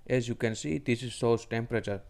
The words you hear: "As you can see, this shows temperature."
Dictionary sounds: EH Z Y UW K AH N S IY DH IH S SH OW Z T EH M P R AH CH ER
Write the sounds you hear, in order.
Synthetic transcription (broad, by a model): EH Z Y UW K AH N S IY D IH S S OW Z T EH M P R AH CH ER